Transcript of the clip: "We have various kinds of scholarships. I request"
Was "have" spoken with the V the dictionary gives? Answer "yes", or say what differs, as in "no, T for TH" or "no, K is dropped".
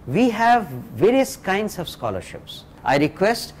yes